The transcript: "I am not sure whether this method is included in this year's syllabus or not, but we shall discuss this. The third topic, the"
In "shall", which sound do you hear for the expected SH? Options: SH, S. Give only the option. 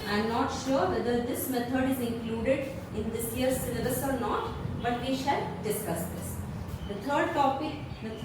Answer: SH